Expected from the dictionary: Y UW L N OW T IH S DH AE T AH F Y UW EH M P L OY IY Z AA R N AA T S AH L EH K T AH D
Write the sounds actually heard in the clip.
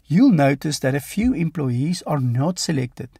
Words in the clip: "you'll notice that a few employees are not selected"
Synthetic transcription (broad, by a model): Y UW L N OW T IH S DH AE T AH F Y UW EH M P L OY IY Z AA R N AA T S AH L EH K T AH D